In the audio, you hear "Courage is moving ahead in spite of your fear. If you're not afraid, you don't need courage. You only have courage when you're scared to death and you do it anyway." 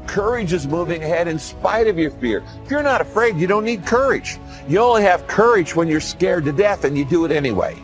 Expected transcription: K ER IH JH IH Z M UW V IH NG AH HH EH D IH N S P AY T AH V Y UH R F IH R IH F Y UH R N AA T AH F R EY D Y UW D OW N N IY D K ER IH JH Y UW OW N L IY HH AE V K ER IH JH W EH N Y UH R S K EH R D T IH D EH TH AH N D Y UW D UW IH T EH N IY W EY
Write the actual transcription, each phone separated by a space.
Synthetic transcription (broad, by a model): K ER IH JH IH Z M UW V IH NG AH HH EH D IH N S P AY T AH V Y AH R F IH R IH F Y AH R N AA T AH F R EY D Y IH D OW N N IY D K ER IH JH Y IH OW N L IY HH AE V K ER IH JH W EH N Y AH R S K EH R D T IH D EH TH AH N Y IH D IH T EH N IY W EY